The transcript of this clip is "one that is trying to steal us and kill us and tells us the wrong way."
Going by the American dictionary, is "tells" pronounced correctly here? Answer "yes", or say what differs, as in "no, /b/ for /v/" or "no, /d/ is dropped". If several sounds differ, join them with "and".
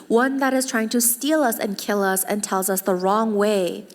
yes